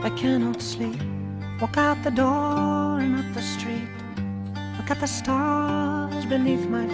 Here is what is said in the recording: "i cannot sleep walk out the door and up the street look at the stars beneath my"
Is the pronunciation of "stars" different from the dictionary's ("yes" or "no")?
no